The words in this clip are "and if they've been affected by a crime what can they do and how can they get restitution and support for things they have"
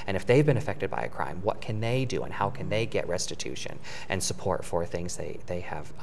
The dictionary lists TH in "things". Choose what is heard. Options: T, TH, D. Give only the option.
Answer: TH